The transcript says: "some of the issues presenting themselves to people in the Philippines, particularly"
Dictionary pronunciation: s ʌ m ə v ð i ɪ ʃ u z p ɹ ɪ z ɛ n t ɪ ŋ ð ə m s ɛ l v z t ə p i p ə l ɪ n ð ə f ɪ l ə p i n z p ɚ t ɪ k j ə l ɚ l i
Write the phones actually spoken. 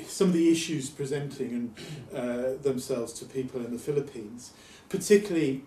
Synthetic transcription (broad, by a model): s ʌ m ə v ð i ɪ ʃ u z p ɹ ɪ z ɛ n t ɪ ŋ ð ə m s ɛ l v z t ə p i p ə l ɪ n ð ə f ɪ l ə p i n z p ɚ t ɪ k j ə l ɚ l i